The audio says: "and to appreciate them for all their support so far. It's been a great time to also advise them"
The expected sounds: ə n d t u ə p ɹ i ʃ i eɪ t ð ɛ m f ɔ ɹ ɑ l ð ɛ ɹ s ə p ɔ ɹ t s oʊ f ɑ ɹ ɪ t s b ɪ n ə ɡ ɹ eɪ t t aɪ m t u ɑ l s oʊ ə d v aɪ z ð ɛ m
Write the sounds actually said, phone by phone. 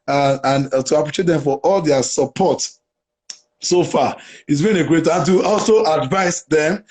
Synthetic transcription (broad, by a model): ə n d t u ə p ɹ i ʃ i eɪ t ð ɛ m f ɔ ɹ ɑ l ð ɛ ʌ s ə p ɔ t s oʊ f ɑ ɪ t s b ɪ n ə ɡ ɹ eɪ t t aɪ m t u ɑ l s oʊ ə d v aɪ s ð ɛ m